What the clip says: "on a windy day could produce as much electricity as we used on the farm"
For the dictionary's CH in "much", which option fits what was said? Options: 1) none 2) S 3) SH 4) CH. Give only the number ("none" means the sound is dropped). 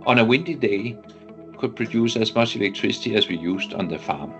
2